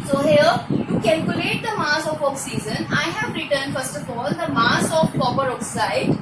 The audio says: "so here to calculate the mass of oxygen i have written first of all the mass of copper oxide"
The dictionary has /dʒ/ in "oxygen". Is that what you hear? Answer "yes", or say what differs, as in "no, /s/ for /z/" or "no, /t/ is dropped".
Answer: no, /z/ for /dʒ/